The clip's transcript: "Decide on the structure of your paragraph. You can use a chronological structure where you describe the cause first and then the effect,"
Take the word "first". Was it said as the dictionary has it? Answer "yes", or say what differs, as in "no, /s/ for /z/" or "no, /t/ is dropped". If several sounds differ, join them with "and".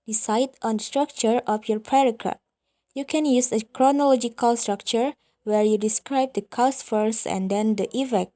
no, /t/ is dropped